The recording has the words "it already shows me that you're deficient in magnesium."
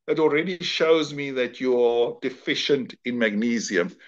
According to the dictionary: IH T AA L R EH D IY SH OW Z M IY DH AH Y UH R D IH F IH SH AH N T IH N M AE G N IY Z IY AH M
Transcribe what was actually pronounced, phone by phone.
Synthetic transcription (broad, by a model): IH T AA L R EH D IY SH OW Z M IY DH AH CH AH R D IH F IH SH AH N T IH N M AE G N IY Z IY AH M